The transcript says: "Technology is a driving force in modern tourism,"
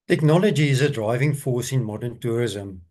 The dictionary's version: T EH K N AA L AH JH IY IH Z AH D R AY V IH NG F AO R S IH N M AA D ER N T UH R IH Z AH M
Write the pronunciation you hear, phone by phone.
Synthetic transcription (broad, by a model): T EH K N AA L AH JH IY IH Z AH D R AY V IH NG F AO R S IH N M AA D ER N T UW R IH Z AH M